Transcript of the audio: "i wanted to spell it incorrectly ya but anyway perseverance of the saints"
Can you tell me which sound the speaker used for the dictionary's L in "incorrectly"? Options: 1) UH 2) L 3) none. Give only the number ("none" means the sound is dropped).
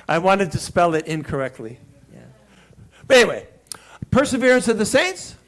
2